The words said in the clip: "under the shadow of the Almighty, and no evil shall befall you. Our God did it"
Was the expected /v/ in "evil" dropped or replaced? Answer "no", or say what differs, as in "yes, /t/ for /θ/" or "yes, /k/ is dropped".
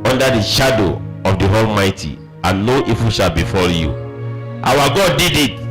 yes, /f/ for /v/